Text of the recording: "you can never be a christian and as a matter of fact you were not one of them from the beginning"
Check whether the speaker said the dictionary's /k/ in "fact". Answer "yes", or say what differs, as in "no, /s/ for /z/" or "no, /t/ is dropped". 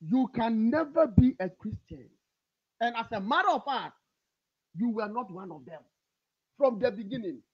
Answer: no, /k/ is dropped